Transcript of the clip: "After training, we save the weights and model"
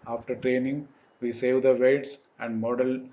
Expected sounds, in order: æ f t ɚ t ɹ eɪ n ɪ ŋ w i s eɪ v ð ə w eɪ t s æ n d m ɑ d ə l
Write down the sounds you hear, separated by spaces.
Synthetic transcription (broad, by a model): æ f t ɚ t ɹ eɪ n ɪ ŋ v i s eɪ v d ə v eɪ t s æ n d m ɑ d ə l